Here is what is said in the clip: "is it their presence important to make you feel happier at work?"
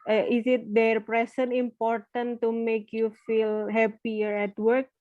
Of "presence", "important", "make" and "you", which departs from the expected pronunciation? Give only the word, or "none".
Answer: presence